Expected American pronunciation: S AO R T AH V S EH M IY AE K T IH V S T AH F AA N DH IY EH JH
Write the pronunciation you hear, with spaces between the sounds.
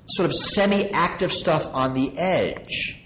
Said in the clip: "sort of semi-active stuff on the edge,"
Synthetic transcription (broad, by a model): S AO R T AH V S EH M IY AE K T IH V S T AH F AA N DH IY EH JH